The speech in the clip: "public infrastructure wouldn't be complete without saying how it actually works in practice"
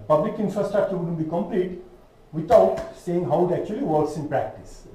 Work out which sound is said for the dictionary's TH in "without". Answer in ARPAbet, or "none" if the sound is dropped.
T